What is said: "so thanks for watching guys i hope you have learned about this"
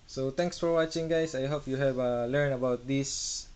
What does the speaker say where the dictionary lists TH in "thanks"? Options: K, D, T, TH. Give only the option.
T